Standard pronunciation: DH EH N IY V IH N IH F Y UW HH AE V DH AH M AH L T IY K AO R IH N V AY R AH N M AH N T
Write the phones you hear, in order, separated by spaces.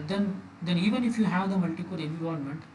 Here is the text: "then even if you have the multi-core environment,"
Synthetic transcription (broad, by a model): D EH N IY V IH N IH F Y UW HH AE V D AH M AH L T IY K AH L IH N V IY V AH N M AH N T